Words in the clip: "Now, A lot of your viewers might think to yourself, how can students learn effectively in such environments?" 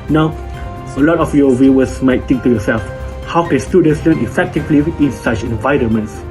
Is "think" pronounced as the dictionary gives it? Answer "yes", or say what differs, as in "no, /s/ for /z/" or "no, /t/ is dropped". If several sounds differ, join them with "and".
no, /t/ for /θ/